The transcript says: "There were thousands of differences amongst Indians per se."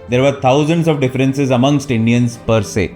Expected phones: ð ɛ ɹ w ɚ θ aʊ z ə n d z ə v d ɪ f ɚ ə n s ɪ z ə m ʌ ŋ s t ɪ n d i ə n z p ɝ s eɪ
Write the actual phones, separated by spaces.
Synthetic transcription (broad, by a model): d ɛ ɹ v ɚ t aʊ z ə n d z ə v d ɪ f ɚ ə n s ɪ z ə m ʌ ŋ s t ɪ n d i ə n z p ɝ s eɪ